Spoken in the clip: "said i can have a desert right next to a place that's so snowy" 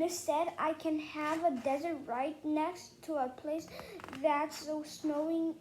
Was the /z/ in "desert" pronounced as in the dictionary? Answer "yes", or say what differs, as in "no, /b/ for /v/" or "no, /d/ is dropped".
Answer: yes